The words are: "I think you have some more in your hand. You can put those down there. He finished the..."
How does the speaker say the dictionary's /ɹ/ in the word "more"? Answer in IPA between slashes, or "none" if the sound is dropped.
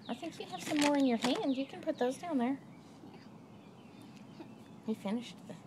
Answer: /ɹ/